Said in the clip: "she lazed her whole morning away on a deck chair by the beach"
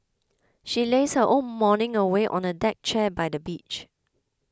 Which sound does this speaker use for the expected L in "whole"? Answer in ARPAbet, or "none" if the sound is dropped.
N